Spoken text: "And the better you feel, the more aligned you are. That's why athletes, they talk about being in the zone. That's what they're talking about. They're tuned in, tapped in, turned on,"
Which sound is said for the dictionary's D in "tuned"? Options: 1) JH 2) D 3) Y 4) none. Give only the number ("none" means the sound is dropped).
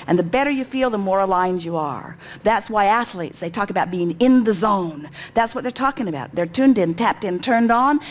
2